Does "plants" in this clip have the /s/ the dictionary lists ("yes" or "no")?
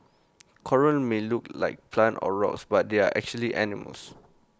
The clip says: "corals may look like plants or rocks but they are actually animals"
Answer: no